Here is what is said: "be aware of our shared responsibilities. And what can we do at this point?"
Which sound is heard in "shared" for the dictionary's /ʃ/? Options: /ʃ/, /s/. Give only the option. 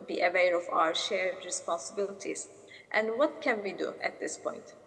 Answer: /ʃ/